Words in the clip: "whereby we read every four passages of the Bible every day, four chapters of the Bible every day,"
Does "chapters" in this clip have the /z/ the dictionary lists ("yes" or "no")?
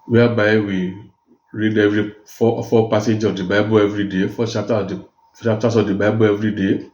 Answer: no